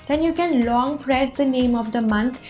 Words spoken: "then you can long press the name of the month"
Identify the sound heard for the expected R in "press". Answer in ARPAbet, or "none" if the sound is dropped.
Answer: R